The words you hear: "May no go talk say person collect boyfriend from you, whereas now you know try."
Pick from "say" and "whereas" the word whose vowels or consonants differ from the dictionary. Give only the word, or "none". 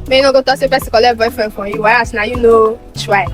whereas